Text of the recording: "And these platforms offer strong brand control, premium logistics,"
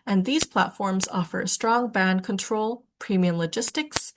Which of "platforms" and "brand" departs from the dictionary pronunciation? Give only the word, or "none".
brand